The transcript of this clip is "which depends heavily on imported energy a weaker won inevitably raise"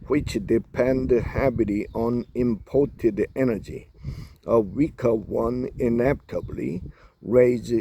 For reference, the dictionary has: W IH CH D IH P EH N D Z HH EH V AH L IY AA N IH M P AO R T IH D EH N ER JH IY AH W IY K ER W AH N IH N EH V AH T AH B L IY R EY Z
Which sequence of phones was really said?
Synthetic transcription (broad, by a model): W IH CH D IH P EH N D HH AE B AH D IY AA N IH M P AO R T IH D EH N ER JH IY AH W IY K ER W AH N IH N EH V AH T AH B L IY R EY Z